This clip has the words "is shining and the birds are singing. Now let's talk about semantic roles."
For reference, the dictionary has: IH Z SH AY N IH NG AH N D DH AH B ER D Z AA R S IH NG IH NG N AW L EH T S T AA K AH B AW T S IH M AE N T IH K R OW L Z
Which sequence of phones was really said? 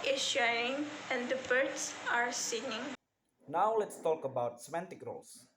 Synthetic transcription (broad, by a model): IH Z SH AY IH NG AH N D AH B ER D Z AA R S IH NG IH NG N AW L EH T S T AA K AH B AW T S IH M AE N T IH K R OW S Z